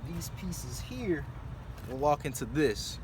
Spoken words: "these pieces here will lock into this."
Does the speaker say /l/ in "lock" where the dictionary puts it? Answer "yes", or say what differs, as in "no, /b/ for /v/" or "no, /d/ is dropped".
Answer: no, /w/ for /l/